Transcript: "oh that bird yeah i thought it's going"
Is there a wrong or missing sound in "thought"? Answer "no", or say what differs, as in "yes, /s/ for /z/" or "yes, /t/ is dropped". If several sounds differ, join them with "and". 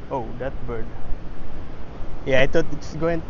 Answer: yes, /t/ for /θ/